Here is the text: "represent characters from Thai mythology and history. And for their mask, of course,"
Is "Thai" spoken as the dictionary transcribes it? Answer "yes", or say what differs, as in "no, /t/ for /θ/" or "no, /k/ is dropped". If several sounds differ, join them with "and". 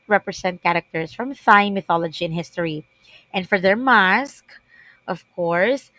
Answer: no, /s/ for /t/